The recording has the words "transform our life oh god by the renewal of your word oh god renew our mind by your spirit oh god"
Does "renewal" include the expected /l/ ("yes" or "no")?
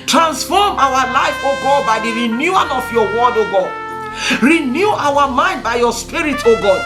no